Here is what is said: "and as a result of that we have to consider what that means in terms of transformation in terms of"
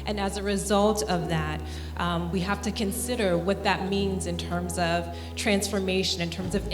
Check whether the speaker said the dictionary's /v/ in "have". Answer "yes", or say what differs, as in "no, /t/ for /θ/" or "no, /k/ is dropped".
no, /f/ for /v/